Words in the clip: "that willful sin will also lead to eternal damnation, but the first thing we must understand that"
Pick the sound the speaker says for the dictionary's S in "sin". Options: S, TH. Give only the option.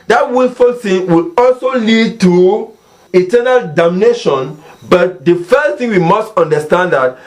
TH